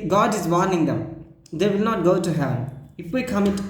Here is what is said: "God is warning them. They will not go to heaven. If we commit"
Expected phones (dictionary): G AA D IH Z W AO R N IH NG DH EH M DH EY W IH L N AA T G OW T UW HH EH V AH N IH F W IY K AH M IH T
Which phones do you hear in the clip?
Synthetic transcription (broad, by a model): G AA D IH Z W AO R N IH NG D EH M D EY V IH L N AA T G OW T UW HH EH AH IH F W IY K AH M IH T